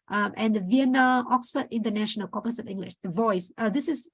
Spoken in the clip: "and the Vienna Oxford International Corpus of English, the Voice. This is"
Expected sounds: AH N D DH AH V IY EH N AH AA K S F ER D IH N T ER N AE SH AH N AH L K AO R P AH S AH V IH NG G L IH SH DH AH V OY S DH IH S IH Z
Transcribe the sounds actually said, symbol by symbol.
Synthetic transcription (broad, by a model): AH N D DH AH V IY EH N AH AA K S F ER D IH N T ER N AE SH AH N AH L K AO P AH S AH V IH NG G L IH SH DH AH V OY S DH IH S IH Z